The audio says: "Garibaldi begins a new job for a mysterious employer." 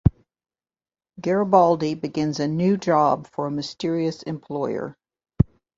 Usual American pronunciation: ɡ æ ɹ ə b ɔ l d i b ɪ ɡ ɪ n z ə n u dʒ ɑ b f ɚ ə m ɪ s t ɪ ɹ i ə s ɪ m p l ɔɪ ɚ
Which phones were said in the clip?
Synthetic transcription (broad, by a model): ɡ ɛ ɹ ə b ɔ l d i b ɪ ɡ ɪ n z ə n u dʒ ɑ b f ɚ ə m ɪ s t ɪ ɹ i ə s ɪ m p l ɔɪ ɚ